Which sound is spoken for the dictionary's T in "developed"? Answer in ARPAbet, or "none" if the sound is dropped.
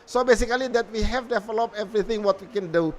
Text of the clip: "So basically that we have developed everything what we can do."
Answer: none